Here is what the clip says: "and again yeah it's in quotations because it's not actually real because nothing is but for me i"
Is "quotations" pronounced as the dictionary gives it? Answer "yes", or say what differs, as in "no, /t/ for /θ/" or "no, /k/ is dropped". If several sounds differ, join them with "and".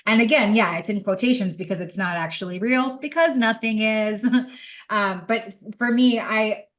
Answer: yes